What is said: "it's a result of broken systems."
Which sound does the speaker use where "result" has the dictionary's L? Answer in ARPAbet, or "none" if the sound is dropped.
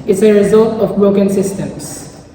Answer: L